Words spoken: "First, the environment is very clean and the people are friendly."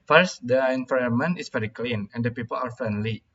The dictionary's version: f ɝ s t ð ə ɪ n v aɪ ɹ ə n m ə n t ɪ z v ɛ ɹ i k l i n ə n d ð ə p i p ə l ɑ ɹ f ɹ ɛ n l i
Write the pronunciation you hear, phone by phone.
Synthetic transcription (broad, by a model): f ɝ s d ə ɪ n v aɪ ə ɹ m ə n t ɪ s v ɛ ɹ i k l i n ə n d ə p i p ə l ɑ ɹ f ɹ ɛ n l i